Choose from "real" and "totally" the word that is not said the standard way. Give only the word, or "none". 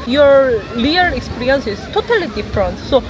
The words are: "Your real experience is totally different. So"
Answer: real